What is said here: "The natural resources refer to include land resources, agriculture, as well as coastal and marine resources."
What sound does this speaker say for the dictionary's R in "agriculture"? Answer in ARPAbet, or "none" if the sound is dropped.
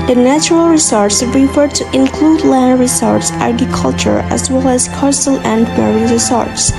none